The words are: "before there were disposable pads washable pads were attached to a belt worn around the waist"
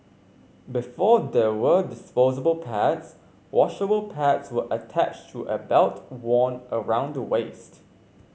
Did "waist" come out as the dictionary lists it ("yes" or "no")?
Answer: yes